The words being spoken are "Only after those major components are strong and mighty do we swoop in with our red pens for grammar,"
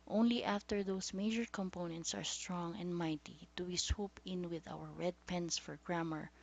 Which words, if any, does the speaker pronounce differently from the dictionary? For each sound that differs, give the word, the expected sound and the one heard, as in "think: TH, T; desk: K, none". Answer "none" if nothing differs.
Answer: those: Z, S; pens: Z, S